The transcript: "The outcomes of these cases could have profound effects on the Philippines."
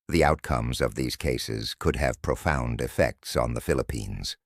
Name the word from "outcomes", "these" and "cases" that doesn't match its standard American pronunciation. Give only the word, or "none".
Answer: none